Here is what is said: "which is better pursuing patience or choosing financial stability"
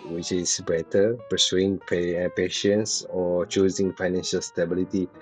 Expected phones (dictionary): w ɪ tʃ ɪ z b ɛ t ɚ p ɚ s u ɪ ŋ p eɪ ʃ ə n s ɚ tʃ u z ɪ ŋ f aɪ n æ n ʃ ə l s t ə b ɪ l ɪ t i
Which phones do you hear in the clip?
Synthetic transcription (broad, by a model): w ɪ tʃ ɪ s b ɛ t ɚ p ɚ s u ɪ ŋ p eɪ ʃ ə n s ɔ tʃ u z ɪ ŋ f aɪ n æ n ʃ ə l s t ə b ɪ l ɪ t i